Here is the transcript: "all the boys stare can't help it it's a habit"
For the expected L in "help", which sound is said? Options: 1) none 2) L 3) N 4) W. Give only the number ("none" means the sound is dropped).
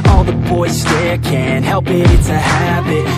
2